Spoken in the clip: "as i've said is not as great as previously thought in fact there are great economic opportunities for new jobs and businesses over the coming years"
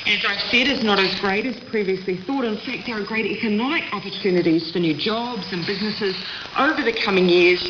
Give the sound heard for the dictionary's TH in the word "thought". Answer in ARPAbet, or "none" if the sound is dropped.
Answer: TH